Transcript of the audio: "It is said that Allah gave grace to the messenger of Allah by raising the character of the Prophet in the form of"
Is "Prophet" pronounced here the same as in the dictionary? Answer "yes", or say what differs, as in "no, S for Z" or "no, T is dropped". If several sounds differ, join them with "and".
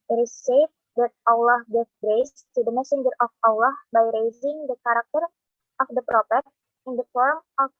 no, P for F